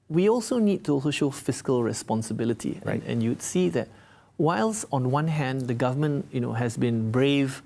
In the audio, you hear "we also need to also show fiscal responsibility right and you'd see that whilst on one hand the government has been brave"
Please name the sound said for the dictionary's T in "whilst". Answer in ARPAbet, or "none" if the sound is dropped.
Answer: none